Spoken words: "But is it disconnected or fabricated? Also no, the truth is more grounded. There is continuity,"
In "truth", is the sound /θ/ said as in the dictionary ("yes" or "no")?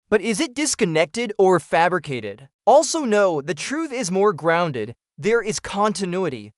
yes